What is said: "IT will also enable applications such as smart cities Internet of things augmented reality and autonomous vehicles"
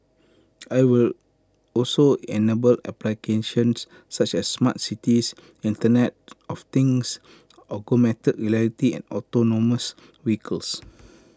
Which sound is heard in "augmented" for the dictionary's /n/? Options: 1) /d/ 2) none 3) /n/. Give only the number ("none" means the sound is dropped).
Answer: 2